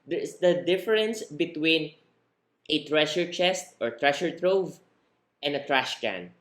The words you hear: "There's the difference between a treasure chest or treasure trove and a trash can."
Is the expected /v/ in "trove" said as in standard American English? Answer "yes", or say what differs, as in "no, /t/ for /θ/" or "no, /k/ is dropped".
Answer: yes